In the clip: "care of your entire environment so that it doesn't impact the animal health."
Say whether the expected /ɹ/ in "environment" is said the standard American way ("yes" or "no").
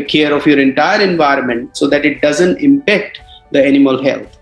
yes